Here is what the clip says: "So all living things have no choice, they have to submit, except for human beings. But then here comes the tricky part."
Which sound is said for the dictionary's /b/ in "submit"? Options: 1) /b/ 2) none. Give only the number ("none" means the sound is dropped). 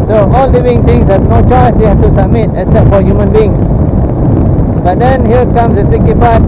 2